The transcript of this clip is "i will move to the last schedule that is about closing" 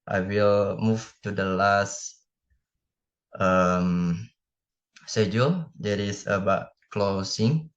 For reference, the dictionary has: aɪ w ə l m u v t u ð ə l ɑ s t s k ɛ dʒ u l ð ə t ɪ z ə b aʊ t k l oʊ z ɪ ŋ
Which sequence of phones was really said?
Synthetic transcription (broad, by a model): aɪ w ə l m u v t u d ə l ɑ s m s ɛ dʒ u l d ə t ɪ s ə b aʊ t k l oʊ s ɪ ŋ